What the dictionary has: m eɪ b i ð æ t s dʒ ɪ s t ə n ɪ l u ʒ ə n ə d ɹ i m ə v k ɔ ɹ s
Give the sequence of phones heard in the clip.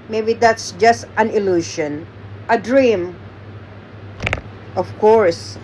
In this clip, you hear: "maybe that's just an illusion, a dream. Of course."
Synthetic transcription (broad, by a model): m eɪ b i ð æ t s dʒ ɪ s t ə n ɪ l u ʃ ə n ə d ɹ i m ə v k ɔ ɹ s